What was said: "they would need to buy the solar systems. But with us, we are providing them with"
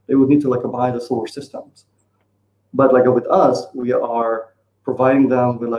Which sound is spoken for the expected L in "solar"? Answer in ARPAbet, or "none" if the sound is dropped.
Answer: none